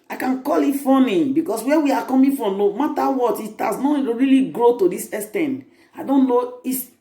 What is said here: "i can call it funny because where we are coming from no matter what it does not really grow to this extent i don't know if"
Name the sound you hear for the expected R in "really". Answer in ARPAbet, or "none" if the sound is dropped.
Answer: R